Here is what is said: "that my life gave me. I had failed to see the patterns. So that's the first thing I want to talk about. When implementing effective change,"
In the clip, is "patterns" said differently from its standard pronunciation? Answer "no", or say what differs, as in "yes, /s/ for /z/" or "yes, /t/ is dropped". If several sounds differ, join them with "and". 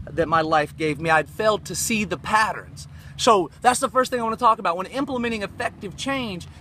no